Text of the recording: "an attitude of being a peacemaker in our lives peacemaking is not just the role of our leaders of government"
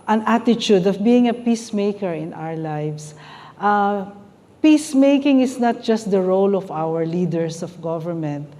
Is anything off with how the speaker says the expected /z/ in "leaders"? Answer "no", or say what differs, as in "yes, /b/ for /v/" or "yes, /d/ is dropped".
yes, /s/ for /z/